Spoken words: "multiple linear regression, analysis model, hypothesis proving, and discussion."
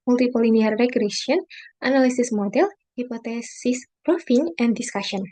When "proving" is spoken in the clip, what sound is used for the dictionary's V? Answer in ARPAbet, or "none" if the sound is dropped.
F